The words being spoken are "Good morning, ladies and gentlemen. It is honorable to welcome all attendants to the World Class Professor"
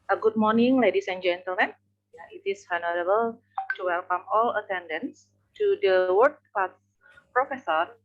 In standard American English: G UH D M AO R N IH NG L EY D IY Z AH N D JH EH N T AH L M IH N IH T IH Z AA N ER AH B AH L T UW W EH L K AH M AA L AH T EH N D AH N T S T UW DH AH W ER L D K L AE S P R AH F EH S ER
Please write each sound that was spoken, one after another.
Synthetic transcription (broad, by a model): G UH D M AO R N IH NG L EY D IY S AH N JH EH N T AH L M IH N IH T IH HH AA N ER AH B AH L T UW W EH L K AH M AA L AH T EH N D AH N S T UW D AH W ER D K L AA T P R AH F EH S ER